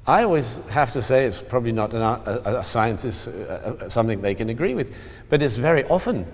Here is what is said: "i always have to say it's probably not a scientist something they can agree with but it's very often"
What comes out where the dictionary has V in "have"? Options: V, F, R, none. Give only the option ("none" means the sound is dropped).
F